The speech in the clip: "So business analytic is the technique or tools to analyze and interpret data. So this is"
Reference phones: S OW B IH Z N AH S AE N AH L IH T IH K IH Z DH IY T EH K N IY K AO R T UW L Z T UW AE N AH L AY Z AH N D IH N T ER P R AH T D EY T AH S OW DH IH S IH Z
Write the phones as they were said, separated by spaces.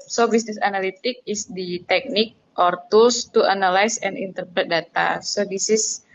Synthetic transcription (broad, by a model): S OW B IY S N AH S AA N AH L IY T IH K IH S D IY T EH K N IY K AO R T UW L S T UW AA N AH L AY S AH N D IH N T ER P R AH T D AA T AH S OW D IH S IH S